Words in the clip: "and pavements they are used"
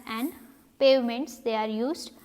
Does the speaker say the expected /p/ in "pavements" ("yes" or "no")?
yes